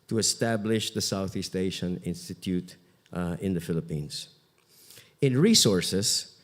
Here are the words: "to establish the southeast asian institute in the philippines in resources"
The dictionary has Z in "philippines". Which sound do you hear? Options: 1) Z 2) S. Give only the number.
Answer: 2